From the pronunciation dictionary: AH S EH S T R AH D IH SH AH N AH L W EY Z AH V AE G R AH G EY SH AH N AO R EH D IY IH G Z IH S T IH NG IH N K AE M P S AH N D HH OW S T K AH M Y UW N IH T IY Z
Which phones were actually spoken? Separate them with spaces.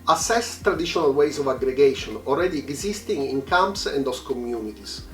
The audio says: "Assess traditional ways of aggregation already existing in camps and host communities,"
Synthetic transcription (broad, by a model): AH S EH S T R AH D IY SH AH N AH L W EY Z AH V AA G R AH G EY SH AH N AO L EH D IY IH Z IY S T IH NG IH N K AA M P S AH N D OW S K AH M Y UW N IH T IY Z